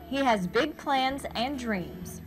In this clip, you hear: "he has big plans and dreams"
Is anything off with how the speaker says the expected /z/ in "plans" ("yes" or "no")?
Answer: no